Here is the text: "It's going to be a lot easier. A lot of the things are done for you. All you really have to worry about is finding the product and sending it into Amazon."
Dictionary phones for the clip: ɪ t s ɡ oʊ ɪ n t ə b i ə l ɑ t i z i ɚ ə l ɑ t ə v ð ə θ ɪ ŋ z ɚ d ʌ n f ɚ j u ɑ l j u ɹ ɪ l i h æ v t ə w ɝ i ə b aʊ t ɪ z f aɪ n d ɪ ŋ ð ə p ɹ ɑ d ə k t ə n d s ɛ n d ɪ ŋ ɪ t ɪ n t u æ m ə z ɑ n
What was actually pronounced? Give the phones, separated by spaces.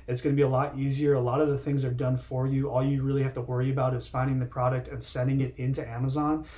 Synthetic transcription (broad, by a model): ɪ t s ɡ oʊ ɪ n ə b i ə l ɑ t i z i ɚ ə l ɑ t ə v ð ə θ ɪ ŋ z ɚ d ʌ n f ɚ j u ɑ l j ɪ ɹ ɪ l i h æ f t ə w ɝ i ə b aʊ t ɪ z f aɪ n d ɪ ŋ ð ə p ɹ ɑ d ə k t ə n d s ɛ n d ɪ ŋ ɪ t ɪ n t u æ m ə z ɑ n